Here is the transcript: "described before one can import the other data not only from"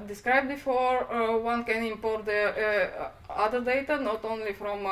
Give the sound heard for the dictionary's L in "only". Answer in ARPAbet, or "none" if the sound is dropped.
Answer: L